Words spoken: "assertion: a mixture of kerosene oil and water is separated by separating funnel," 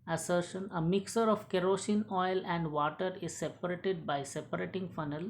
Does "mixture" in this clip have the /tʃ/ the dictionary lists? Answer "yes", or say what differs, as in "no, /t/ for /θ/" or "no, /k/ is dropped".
no, /tʃ/ is dropped